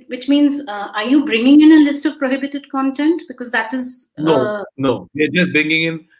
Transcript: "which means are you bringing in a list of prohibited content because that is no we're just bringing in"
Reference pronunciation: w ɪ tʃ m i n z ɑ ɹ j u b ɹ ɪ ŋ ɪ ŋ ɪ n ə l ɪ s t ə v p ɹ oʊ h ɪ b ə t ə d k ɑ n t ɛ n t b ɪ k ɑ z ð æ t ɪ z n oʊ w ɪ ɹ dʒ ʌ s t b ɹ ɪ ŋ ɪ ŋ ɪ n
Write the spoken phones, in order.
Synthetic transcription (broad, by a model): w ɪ tʃ m i n z ɑ ɹ j u b ɹ ɪ ŋ ɪ ŋ ɪ n ə l ɪ s t ə v p ɹ oʊ h ɪ b ə t ə d k ɑ n t ɛ n t b ɪ k ɑ z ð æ t ɪ z n oʊ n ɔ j dʒ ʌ s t b ɹ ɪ ŋ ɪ ŋ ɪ n